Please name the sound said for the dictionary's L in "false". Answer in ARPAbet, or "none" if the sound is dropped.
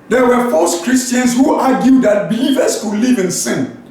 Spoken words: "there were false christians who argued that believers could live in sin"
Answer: none